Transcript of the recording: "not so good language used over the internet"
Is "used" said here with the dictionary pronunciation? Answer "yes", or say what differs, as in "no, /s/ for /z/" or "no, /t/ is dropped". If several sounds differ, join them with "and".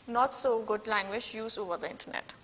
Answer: no, /d/ is dropped